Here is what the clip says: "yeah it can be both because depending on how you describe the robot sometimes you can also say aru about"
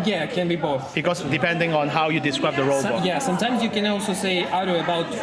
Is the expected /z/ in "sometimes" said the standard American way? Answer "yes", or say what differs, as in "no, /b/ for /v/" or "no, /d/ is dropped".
yes